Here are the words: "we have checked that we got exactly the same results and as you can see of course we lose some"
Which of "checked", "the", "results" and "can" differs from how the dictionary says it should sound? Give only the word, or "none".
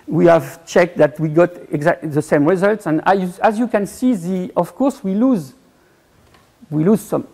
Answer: none